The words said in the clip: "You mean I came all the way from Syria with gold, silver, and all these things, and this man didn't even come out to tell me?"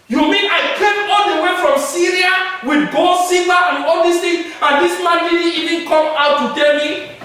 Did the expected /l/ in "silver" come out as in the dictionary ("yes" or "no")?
no